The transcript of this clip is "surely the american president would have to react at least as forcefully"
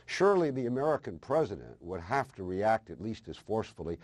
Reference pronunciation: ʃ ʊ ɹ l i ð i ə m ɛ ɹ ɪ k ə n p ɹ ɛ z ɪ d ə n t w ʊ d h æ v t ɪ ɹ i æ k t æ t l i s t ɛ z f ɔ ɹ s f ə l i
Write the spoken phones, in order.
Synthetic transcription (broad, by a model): ʃ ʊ ɹ l i ð i ə m ɛ ɹ ɪ k ə n p ɹ ɛ z ɪ d ə n t w ʊ d h æ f t ɪ ɹ i æ k t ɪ t l i s t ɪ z f ɔ ɹ s f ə l i